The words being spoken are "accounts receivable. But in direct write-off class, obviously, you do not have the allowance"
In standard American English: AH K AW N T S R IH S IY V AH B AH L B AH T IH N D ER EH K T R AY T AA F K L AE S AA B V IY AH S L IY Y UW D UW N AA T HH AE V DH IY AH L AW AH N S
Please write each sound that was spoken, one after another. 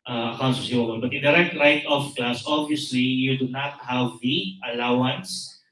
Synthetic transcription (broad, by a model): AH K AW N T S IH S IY AH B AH N B AH T IH N D ER EH K T R AY T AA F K L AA S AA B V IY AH S L IY Y UW D UW N AA T HH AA V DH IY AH L AW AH N S